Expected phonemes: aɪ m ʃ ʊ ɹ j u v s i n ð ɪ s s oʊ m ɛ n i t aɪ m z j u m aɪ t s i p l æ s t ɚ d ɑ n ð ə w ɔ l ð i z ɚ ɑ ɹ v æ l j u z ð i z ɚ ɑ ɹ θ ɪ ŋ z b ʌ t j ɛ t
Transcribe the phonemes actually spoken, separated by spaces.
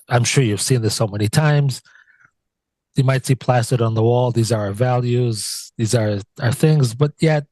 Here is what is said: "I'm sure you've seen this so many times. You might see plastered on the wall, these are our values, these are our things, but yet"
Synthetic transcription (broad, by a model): aɪ m ʃ ʊ ɹ j u v s i n ð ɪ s s oʊ m ɛ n i t aɪ m z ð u m aɪ t s i p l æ s t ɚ d n ð ə w ɔ l ð i z ɚ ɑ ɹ v æ l j u z ð i z ɚ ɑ ɹ θ ɪ ŋ z b ʌ t j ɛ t